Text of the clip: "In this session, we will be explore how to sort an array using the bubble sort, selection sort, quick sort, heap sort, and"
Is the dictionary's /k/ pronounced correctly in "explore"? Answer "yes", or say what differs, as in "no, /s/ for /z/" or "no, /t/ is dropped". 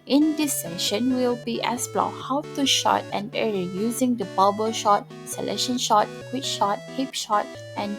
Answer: no, /k/ is dropped